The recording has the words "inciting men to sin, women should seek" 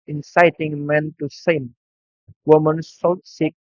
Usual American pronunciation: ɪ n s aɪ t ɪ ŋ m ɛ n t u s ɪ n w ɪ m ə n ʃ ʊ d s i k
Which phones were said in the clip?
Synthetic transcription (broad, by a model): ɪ n s aɪ t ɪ ŋ m ɛ n t u s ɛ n w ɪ m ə n s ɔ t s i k